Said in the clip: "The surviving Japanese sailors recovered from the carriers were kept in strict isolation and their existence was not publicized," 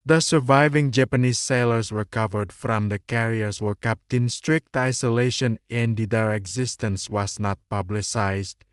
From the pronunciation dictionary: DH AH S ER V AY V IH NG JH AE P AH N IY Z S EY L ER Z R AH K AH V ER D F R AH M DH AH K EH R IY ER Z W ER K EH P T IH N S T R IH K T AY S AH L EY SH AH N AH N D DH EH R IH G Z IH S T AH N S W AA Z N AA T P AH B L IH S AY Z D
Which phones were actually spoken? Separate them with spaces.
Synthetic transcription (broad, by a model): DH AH S ER V AY V IH NG JH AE P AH N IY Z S EY L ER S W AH K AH V ER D F R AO M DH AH K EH R IY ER S W ER K EH P T IH N S T R IH K T AY S AH L EY SH AH N AH N D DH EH R IH G Z IH S T AH N S W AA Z N AA T P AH B L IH S AY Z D